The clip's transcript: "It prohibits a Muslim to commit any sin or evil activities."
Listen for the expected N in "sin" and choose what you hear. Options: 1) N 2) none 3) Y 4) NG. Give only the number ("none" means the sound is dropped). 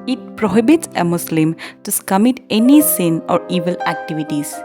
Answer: 1